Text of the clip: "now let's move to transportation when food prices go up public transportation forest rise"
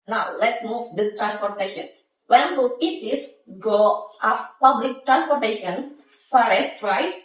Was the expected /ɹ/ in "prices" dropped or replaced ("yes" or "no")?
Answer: yes